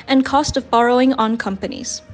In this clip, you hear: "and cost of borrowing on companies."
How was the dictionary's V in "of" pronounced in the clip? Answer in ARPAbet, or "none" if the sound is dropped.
V